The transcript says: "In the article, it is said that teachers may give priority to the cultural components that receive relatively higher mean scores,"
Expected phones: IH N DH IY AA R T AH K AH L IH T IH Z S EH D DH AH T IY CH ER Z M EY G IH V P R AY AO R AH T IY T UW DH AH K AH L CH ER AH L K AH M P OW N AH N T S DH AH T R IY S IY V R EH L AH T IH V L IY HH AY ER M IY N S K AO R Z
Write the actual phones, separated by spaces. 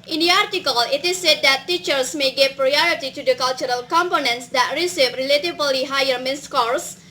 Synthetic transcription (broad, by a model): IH N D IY AA R T AH K AH L IH T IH S EH D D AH T IY CH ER S M EY G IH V P R AY AO R AH T IY T UW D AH K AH L CH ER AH L K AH M P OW N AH N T S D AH T R IY S IY V R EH L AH T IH B L IY HH AY ER M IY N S K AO R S